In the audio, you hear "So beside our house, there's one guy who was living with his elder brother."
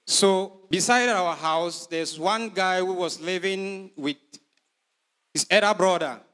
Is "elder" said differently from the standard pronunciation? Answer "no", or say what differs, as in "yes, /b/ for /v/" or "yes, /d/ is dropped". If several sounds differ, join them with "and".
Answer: yes, /l/ is dropped